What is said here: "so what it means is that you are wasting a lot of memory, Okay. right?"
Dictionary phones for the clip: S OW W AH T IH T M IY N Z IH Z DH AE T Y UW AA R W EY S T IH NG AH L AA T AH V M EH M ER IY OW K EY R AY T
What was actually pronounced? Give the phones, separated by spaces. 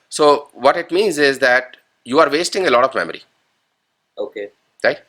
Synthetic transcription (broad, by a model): S OW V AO T IH T M IY N Z IH Z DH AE T Y UW AA R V EY S T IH NG AH L AA T AH V M EH M ER IY OW K EY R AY